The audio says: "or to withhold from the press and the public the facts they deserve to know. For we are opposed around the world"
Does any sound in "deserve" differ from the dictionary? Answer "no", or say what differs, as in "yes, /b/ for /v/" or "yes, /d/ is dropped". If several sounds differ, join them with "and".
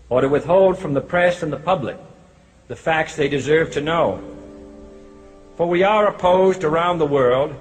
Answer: no